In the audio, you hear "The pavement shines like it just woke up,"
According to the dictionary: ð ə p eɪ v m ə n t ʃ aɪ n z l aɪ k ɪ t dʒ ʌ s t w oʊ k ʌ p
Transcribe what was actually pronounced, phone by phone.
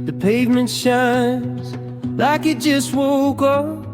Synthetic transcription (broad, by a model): ð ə p eɪ v m ə n t ʃ aɪ n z l aɪ k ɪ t dʒ ʌ s t w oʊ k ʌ